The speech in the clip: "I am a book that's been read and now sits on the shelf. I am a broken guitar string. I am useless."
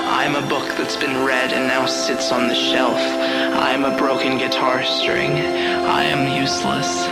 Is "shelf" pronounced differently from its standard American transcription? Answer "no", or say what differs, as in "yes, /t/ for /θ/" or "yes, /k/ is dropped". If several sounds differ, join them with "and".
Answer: no